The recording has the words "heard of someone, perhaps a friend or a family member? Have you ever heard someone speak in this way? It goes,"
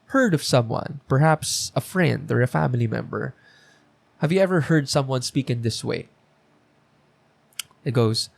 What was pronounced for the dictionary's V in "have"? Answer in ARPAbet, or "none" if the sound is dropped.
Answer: V